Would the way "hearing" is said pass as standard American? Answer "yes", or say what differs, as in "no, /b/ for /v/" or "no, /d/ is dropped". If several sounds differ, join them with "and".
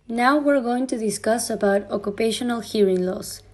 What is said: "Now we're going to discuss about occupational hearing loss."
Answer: yes